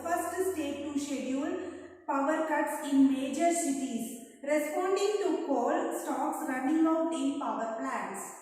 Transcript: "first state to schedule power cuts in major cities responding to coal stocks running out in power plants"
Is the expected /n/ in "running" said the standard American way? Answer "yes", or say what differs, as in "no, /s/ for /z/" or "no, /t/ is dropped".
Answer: yes